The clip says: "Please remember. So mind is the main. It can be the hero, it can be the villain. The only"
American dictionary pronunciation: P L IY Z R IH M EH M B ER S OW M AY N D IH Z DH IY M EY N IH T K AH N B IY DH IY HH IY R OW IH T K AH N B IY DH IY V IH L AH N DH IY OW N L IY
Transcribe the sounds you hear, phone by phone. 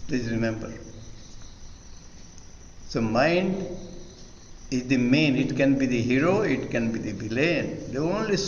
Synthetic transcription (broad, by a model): P L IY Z R IH M EH M B ER S OW M AY N D IH Z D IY M EY N IH T K AH N B IY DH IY HH IY R OW IH T K AH N B IY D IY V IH L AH N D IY OW N L IY